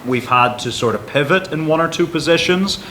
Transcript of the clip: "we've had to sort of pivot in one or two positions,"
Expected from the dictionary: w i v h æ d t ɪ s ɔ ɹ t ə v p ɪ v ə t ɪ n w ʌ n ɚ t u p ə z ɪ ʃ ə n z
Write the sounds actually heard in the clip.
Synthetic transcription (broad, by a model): w i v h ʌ d t ɪ s ɔ ɹ t ə v p ɪ v ə t ɪ n w ʌ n ɚ t u p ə z ɪ ʃ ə n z